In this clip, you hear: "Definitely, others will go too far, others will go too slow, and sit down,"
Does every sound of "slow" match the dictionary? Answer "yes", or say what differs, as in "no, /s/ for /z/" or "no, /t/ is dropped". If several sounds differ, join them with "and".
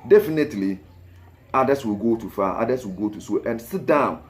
no, /l/ is dropped